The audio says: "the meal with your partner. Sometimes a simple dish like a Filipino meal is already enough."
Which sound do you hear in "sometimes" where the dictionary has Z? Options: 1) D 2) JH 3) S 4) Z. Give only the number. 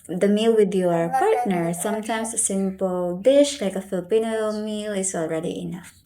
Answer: 3